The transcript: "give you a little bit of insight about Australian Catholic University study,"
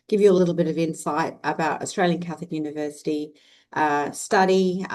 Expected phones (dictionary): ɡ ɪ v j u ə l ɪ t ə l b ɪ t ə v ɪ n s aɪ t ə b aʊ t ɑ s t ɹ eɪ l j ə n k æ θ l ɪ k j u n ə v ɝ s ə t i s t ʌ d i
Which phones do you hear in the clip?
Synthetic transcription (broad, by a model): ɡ ɪ v j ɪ ə l ɪ t l b ɪ t ə v ɪ n s aɪ t ə b aʊ t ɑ s t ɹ eɪ l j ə n k æ θ l ɪ k j u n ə v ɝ s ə t i s t ʌ d i